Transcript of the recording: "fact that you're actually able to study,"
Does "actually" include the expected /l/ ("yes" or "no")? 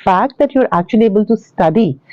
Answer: no